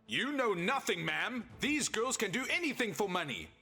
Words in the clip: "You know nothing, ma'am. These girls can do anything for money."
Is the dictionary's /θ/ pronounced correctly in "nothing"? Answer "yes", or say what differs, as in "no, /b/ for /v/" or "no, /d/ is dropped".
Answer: yes